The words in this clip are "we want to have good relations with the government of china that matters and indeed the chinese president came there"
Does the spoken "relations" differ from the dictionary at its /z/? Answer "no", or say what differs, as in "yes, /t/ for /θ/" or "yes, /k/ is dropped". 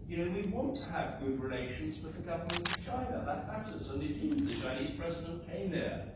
no